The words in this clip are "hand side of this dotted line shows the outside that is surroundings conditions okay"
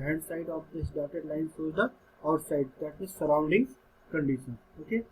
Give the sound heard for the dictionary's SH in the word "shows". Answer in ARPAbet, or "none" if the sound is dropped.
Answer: S